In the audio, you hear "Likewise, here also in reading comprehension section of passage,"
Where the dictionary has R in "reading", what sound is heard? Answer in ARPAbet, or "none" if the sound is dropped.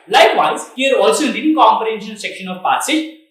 L